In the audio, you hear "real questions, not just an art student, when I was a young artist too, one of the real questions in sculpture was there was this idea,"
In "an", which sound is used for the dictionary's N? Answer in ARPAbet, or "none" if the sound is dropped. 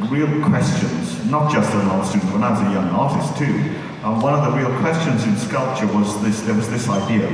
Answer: L